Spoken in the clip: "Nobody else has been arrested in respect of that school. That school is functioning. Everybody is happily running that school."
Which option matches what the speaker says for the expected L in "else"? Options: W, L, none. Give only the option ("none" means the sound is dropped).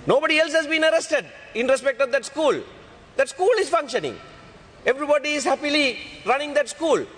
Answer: L